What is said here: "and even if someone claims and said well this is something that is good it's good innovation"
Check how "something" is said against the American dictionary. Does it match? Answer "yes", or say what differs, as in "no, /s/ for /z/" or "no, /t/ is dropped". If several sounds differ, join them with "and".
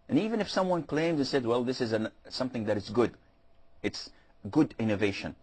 yes